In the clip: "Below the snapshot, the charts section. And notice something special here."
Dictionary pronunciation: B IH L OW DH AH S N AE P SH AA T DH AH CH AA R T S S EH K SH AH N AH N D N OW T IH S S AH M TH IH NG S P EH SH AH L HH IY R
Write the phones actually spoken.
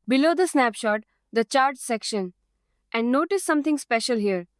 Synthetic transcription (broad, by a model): B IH L OW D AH S N AE P SH AA T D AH CH AA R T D S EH K SH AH N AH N D N OW T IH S S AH M T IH NG S P EH SH AH L HH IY R